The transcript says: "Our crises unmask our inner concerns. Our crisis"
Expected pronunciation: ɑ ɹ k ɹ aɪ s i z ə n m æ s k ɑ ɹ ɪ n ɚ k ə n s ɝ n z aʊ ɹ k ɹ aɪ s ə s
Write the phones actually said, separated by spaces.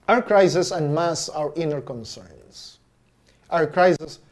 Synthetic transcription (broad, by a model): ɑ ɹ k ɹ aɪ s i s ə n m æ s ɑ ɹ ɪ n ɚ k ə n s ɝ n s aʊ ɹ k ɹ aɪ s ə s